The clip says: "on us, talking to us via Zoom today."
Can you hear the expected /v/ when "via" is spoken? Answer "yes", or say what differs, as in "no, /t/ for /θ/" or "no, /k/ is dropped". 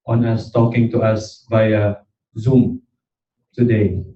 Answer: no, /b/ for /v/